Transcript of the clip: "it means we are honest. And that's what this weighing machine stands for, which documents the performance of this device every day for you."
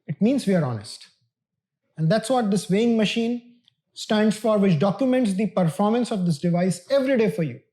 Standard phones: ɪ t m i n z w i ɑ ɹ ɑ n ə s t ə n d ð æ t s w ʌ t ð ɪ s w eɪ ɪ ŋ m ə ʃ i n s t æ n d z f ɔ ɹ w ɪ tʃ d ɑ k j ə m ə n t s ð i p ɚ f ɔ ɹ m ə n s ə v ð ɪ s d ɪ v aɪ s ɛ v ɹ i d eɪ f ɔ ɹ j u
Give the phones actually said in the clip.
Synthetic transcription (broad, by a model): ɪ t m i n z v i ɑ ɹ ɑ n ə s t ə n d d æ t s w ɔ t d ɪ s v eɪ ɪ ŋ m ə ʃ i n s t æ n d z f ɔ ɹ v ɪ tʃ d ɑ k j ə m ə n t s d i p ɚ f ɔ ɹ m ə n s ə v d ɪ s d ɪ v aɪ s ɛ v ɹ i d eɪ f ɔ ɹ j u